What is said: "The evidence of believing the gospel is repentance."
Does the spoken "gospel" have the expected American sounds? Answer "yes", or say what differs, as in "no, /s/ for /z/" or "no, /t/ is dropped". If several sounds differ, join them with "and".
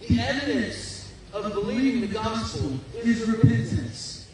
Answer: no, /n/ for /l/